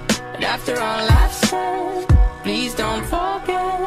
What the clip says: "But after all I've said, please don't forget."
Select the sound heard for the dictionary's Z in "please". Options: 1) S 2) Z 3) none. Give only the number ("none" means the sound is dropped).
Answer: 2